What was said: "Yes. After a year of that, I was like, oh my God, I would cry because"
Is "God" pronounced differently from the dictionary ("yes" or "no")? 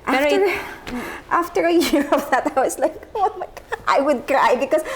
yes